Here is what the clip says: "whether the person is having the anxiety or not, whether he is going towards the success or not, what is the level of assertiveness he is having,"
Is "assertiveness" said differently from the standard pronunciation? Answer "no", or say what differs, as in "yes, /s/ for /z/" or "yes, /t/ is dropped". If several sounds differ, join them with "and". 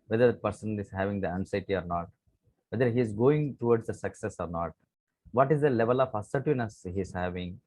yes, /v/ is dropped